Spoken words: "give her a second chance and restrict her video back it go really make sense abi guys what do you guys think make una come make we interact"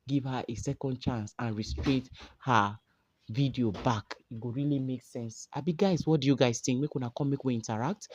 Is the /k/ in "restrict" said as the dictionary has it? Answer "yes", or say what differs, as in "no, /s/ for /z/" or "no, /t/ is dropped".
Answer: no, /k/ is dropped